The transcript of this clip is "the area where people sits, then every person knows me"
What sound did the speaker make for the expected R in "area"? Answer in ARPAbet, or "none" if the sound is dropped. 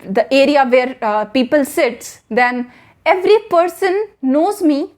R